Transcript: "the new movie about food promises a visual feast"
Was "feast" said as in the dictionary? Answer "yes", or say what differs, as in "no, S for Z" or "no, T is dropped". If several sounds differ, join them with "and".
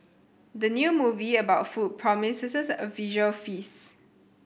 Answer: no, T is dropped